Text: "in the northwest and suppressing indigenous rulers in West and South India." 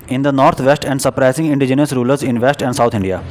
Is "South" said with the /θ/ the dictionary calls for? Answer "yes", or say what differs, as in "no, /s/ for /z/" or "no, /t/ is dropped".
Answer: no, /t/ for /θ/